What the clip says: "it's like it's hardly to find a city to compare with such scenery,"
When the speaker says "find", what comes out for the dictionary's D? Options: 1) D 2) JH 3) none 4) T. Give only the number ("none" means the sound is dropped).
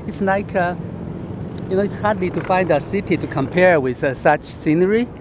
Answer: 1